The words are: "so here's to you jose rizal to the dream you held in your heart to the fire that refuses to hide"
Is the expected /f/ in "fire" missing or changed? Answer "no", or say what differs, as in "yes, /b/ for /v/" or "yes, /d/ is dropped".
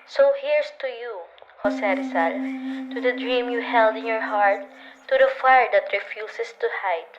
no